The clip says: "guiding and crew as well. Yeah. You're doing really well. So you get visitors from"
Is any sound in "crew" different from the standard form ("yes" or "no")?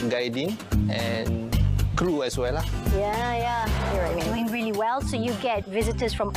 no